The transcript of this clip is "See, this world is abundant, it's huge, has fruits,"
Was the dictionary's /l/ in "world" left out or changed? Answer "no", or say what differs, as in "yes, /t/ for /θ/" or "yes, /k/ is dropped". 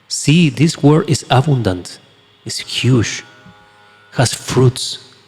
yes, /l/ is dropped